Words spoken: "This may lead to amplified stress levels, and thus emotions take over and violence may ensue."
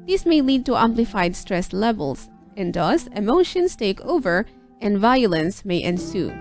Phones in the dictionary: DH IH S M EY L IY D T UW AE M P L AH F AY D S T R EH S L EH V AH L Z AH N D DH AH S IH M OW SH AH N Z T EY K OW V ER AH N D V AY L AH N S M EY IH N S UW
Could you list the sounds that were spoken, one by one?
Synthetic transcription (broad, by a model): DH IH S M EY L IY D T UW AE M P L AH F AY D S T R EH S L EH V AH L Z AH N D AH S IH M OW SH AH N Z T EY K OW V ER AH N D V AY L AH N S M EY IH N S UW